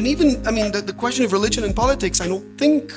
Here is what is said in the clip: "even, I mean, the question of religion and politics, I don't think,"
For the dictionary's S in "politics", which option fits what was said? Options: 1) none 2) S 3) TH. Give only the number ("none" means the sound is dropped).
2